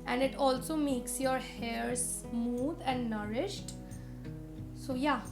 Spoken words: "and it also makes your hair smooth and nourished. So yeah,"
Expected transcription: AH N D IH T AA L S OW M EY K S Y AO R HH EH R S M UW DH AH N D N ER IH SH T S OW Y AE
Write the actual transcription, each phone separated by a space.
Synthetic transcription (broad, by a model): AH N D IH T AA L S OW M EY K S Y AO R HH EH R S M UW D AH N D N ER IH SH T S OW Y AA